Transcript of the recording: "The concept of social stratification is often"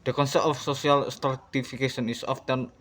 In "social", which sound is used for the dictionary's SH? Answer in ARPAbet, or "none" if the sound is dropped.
S